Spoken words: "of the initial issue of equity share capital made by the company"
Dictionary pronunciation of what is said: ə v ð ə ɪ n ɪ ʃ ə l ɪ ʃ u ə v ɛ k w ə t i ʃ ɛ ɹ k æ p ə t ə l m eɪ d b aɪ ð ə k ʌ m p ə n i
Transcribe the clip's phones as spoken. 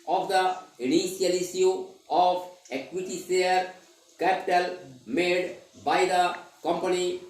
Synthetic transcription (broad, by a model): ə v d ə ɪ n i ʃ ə l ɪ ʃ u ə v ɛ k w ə t i s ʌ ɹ k æ p ə t ə l m eɪ d b aɪ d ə k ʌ m p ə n i